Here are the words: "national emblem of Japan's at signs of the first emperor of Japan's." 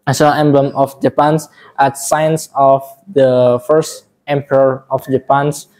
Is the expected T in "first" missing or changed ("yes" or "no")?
no